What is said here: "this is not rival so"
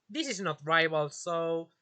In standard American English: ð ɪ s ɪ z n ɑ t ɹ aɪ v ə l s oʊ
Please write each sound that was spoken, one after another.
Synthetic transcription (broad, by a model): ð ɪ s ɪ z n ɑ t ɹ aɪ b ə l s oʊ